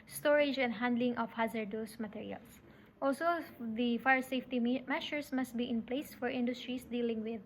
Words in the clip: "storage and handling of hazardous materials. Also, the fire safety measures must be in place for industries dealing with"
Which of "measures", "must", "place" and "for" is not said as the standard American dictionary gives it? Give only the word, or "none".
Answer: measures